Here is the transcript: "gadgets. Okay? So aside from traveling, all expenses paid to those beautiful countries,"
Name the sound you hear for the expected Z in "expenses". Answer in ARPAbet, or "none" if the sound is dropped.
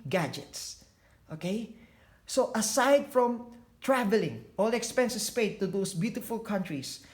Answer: S